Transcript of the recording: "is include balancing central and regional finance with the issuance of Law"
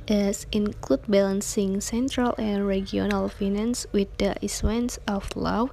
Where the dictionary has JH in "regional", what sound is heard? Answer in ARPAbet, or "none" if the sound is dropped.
none